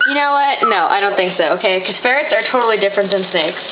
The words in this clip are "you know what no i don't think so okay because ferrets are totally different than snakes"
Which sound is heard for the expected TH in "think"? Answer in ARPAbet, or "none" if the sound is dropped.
TH